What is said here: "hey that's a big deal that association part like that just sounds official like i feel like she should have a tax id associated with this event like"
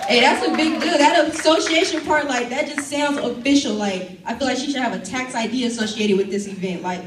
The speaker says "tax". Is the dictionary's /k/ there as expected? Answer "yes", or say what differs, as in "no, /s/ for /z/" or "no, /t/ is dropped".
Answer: yes